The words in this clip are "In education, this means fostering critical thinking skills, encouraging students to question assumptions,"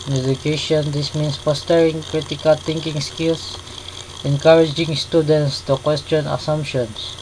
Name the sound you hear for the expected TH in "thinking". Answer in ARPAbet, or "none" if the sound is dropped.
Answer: T